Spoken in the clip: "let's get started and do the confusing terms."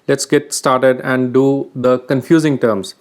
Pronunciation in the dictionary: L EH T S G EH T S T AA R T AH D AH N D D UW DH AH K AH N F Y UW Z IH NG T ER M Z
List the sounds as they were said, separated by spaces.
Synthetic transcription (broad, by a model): L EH T S G EH T S T AA R T AH D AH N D D UW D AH K AH N F Y UW Z IH NG T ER M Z